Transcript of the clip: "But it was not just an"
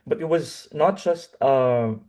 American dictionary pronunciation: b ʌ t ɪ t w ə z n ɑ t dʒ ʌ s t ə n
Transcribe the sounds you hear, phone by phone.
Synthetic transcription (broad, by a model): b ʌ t ɪ t w ə z n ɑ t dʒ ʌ s t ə